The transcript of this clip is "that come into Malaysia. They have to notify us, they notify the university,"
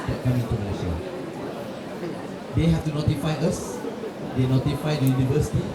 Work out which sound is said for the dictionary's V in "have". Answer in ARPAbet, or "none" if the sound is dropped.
F